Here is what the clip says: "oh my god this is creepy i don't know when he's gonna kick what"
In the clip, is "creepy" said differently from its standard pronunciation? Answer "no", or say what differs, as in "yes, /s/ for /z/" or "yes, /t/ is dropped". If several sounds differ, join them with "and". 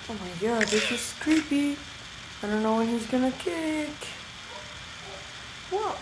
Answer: no